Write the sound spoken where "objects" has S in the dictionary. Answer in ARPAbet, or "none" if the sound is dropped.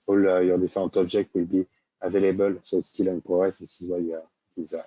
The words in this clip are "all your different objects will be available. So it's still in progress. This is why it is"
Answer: none